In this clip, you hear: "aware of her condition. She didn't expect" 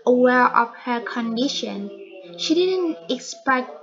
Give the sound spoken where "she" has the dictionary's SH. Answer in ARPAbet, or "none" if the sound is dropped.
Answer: SH